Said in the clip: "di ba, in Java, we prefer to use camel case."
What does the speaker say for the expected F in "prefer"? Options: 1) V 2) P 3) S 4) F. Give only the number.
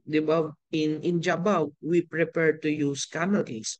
2